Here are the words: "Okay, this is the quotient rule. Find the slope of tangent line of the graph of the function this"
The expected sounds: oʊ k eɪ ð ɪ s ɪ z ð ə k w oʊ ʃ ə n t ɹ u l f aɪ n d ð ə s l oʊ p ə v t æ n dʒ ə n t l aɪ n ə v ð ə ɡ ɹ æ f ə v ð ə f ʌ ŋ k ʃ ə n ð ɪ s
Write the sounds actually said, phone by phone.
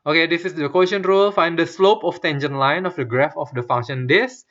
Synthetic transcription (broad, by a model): oʊ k eɪ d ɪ s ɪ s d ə k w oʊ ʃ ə n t ɹ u l f aɪ n d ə s l oʊ p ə f t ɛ n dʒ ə n l aɪ n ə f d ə ɡ ɹ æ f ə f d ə f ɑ ŋ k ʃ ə n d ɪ s